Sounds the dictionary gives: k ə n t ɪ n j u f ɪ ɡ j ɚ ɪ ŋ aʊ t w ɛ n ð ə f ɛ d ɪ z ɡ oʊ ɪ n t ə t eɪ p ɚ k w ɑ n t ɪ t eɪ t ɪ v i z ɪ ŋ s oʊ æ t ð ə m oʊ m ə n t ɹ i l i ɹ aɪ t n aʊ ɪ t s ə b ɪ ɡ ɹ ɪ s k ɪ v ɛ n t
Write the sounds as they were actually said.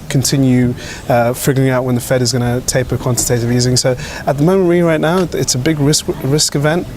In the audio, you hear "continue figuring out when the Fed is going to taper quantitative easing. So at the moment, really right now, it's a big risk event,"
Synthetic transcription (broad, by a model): k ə n t ɪ n j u f ɪ ɡ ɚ ɪ ŋ aʊ t w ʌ n ð ə f ɛ d ɪ z ɡ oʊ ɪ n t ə t eɪ p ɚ k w ɑ n t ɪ t eɪ t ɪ v i z ɪ ŋ s oʊ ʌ t ð ə m oʊ m ə n t ɹ i l i ɹ aɪ t n aʊ ɪ t s ə b ɪ ɡ ɹ ɪ s k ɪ v ɛ n t